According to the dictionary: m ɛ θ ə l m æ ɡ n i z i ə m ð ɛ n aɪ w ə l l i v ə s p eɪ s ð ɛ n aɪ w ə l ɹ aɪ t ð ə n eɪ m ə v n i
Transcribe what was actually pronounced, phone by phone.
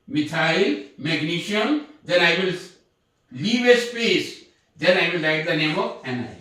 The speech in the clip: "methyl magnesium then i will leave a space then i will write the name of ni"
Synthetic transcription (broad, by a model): m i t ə l m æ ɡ n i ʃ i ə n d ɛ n aɪ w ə l l i v ə s p eɪ s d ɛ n aɪ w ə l l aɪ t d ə n eɪ m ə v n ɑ